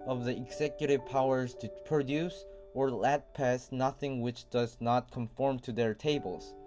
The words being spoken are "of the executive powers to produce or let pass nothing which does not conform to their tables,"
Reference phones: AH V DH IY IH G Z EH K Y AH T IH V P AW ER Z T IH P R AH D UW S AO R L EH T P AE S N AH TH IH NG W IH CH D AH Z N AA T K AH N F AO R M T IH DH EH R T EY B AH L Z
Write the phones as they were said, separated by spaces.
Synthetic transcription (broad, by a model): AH V DH IY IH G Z EH K Y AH T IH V P AW ER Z T IH P R AH D UW S AO R L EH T P AE S N AH TH IH NG W IH CH D AH Z N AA T K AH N F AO R M T IH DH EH R T EY B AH L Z